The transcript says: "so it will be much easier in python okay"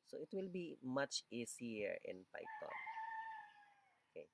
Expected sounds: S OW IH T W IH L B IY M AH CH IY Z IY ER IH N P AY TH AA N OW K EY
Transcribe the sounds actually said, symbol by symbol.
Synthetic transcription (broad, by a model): S OW IH T W IH L B IY M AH CH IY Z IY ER IH N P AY T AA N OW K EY